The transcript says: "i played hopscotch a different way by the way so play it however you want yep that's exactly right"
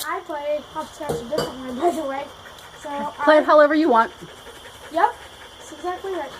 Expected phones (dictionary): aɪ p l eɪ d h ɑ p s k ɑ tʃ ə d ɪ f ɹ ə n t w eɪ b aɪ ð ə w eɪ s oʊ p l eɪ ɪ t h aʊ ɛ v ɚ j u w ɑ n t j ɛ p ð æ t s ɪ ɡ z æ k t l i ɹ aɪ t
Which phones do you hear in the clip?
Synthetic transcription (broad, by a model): aɪ p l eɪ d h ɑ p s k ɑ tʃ ə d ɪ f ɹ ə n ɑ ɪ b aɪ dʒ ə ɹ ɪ s oʊ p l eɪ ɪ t h aʊ ɛ v ɚ j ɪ w ɑ n t j ɛ p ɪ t s ɪ ɡ z æ k t l i ɹ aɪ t